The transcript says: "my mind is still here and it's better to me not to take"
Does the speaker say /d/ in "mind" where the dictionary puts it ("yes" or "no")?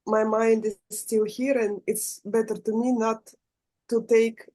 yes